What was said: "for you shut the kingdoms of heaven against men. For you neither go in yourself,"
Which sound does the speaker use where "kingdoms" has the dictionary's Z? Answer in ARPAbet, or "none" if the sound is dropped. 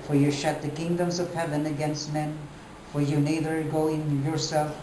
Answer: Z